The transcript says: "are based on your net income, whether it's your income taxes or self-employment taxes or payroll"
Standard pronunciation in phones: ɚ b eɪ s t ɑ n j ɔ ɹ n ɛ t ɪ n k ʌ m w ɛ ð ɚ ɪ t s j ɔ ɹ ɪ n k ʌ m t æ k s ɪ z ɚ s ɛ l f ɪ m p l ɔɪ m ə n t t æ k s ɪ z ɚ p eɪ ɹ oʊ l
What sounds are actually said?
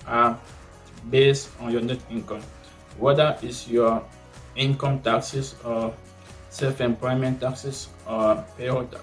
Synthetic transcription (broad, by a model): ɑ b eɪ s t ɑ n j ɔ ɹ n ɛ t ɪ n k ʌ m w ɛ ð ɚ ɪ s j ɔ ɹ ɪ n k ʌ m t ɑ k s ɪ s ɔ s ɛ l f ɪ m p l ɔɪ m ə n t t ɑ k s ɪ s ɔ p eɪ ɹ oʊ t